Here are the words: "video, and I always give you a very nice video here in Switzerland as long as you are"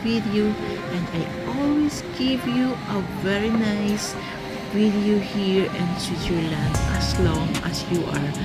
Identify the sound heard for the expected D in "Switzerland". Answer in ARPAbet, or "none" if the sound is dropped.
none